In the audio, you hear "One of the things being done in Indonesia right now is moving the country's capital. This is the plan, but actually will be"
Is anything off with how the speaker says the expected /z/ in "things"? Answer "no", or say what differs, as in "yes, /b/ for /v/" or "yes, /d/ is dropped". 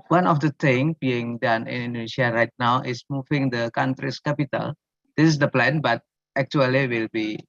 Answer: yes, /z/ is dropped